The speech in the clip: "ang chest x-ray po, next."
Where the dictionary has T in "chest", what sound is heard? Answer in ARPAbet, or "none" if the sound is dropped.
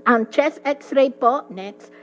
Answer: none